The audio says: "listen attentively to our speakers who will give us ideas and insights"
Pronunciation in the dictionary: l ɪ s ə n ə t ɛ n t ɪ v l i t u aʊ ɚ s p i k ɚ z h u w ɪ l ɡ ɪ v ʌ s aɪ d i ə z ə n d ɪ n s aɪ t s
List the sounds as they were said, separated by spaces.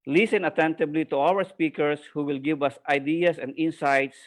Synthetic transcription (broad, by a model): l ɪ s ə n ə t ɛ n t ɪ b l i t u aʊ ɚ s p i k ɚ s h u w ɪ l ɡ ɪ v ʌ s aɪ d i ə s ə n d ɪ n s aɪ t s